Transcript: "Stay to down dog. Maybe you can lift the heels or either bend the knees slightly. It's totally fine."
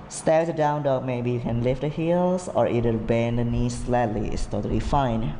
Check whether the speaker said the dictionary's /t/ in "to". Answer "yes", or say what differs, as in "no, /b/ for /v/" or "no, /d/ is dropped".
no, /s/ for /t/